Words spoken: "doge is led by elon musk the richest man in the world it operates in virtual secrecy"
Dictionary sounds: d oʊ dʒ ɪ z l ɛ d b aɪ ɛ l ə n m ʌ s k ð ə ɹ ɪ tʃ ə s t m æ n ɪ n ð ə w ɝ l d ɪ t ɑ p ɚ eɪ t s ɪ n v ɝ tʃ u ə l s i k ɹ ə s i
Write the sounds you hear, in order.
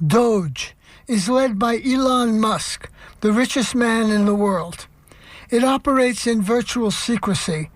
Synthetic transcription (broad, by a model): d oʊ dʒ ɪ z l ɛ d b aɪ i l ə n m ʌ s k ð ə ɹ ɪ tʃ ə s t m æ n ɪ n ð ə w ɝ l d ɪ t ɑ p ɚ eɪ t s ɪ n v ɝ tʃ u l s i k ɹ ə s i